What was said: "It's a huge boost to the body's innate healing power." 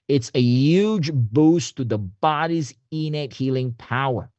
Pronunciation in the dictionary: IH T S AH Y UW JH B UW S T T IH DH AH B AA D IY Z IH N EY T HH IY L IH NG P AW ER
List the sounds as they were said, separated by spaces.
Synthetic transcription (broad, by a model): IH T S AH Y UW JH B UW S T T IH DH AH B AA D IY Z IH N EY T HH IY L IH NG P AW ER